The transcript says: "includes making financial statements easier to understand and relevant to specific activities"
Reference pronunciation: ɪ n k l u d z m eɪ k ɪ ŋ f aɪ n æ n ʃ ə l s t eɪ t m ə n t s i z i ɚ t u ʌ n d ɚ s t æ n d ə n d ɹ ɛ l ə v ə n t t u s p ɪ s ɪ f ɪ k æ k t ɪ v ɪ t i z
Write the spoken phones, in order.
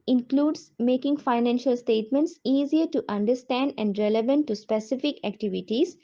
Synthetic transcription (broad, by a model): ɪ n k l u d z m eɪ k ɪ ŋ f aɪ n æ n ʃ ə l s t eɪ t m ə n t s i z i ɚ t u ʌ n d ɚ s t æ n d ə n d ɹ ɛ l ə v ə n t t u s p ɪ s ɪ f ɪ k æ k t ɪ v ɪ t i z